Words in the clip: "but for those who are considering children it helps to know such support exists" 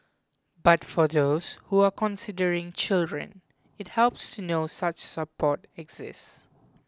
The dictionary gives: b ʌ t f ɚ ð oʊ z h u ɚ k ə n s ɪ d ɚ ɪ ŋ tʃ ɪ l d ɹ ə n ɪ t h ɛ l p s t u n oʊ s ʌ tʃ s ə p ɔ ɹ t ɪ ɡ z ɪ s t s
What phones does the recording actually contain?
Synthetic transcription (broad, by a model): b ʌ t f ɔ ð oʊ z h u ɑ k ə n s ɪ d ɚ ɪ ŋ tʃ ɪ l d ɹ ə n ɪ t h ɛ l p s t u n oʊ s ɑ tʃ s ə p ɔ t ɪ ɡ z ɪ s s